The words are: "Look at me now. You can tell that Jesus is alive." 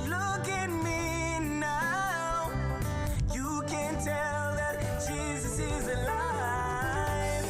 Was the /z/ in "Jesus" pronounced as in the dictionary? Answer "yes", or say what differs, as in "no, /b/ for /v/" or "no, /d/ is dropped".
yes